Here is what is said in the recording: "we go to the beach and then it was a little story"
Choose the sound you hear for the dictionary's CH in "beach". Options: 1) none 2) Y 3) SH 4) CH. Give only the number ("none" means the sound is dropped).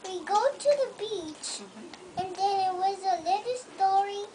4